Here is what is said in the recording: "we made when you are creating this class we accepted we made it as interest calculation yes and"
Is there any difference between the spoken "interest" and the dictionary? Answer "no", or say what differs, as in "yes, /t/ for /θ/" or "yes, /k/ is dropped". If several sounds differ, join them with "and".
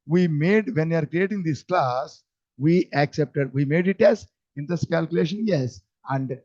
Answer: yes, /ɹ/ is dropped